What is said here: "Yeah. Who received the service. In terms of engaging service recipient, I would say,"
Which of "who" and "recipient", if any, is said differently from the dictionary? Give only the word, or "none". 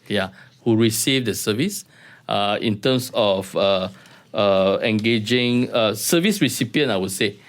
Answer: recipient